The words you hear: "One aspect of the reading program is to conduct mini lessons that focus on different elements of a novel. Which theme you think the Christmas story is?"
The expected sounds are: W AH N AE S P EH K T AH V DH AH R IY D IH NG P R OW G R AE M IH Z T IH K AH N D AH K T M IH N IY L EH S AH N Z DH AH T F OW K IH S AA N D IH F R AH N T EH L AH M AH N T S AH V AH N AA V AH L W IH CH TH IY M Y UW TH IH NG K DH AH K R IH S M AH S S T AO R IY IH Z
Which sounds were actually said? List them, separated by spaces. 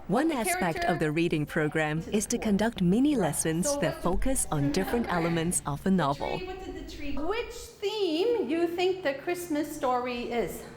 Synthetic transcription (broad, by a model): W AH N AE S P EH K T AH V DH AH R IY D IH NG P R OW G R AE M IH Z T IH K AH N D AH K T M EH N IY L EH S AH N Z DH AH T F OW K IH S N D IH F R AH N T EH L AH M AH N T S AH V AH N AA V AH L W IH CH TH IY M Y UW TH IH NG K DH AH K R IH S M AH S S T AO R IY IH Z